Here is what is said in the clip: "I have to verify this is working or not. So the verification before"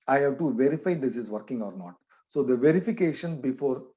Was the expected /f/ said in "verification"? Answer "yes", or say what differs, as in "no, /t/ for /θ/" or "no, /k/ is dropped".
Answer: yes